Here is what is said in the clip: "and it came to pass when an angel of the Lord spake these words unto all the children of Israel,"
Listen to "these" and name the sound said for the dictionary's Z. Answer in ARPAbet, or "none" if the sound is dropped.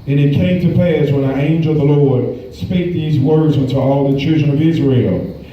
Z